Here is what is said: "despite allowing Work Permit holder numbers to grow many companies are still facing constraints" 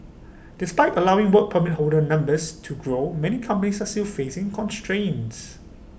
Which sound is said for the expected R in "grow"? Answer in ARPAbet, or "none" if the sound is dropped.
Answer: R